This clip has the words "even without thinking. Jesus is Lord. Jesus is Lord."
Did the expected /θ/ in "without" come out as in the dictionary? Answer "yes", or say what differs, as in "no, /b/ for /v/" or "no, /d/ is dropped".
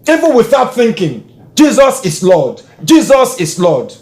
yes